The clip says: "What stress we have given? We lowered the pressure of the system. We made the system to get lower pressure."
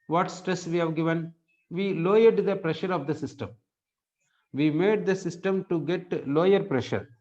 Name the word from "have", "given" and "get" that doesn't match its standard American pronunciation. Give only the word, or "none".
none